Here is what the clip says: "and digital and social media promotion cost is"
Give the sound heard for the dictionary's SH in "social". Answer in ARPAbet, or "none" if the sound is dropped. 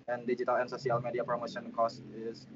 S